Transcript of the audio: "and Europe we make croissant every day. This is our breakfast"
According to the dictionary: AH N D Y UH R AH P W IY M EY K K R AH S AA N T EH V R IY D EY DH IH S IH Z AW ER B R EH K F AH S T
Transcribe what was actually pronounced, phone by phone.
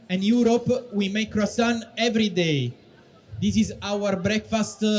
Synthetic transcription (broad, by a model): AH N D Y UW R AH P W IY M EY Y K R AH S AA N EH V R IY D EY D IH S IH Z AW ER B R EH K F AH S T